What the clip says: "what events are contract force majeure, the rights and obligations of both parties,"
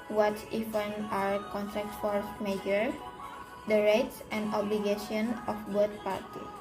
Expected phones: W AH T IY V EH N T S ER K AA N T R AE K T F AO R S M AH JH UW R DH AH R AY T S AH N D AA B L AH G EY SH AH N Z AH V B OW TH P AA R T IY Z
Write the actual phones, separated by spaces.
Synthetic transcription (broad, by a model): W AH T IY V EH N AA K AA N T R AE K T F AO R S M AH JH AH R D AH R AY T S AH N D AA B L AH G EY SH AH N AH F B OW T P AA R T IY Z